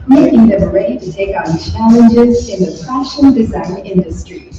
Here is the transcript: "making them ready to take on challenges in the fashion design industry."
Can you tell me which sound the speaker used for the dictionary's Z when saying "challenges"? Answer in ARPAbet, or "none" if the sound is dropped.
Z